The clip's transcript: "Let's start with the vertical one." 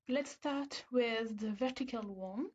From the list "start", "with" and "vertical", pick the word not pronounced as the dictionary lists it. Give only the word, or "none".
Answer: none